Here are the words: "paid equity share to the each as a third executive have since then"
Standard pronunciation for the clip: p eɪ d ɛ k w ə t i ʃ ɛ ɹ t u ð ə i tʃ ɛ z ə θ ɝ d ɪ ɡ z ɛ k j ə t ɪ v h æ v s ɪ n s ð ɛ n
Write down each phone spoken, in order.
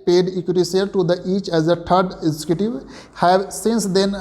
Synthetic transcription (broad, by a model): p eɪ d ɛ k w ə t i s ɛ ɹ t u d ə i tʃ ɛ z ə t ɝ d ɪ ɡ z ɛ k j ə t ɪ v h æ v s ɪ n s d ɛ n